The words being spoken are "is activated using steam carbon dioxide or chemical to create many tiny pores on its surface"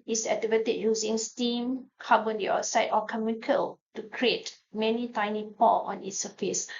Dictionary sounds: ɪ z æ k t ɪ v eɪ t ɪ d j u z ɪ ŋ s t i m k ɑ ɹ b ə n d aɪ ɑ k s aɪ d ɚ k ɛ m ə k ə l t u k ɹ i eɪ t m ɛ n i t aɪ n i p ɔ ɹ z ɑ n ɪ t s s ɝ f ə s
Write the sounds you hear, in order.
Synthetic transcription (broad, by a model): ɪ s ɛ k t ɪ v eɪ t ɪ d j u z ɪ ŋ s t i m k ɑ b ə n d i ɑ s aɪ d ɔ k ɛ m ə k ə l t u k ɹ i eɪ t m ɛ n i t aɪ n i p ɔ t ɑ n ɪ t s s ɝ f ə s